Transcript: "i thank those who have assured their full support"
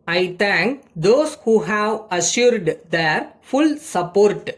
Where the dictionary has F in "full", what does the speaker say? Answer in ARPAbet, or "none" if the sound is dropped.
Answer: F